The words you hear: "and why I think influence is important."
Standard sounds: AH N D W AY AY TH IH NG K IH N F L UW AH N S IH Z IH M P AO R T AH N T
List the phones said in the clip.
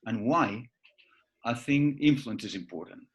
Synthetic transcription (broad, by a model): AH N W AY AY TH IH NG IH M F L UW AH N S IH Z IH M P AO R T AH N T